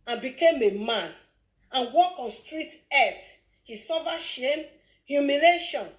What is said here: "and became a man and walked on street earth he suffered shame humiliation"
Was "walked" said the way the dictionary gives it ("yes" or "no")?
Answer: no